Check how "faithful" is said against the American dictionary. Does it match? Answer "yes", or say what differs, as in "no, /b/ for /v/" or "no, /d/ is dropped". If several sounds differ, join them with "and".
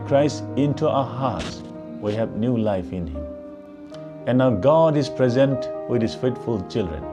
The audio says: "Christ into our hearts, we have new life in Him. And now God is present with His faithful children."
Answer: no, /t/ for /θ/